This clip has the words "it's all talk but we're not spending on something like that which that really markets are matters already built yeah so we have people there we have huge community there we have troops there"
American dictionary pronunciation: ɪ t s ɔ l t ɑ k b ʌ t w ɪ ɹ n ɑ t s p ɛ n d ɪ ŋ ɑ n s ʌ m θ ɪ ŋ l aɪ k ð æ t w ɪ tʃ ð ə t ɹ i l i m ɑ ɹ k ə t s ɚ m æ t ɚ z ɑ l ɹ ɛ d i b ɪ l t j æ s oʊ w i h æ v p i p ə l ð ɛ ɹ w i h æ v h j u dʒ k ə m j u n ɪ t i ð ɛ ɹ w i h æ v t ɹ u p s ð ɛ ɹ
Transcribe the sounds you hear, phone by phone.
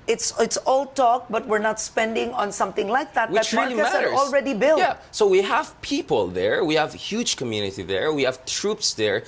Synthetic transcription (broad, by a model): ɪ t s ɔ l t ɑ k b ʌ t w ɪ ɹ n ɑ t s p ɛ n d ɪ ŋ ɑ n s ʌ m θ ɪ ŋ l aɪ k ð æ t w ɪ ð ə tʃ ɹ i l i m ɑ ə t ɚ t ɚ ɑ l ɹ ɛ d i b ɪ l j æ s oʊ w i h æ v p i p ə l ð ɛ ɹ w i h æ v h j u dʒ k ə m j u n ɪ t i ð ɛ ɹ w i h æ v t ɹ u p s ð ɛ ɹ